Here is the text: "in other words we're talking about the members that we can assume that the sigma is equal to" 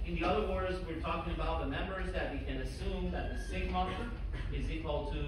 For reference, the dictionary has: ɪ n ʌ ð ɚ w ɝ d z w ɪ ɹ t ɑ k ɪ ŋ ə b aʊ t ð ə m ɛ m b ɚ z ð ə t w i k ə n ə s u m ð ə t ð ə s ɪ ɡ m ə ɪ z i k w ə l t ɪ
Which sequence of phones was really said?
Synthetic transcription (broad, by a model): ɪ n ʌ ð ɚ w ɝ d z w ɪ ɹ t ɑ k ɪ ŋ ə b aʊ t ð ə m ɛ m b ɚ z ð ə t w i k ə n ə s u m ð ə t ð ə s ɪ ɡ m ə ɪ z i k w ə l t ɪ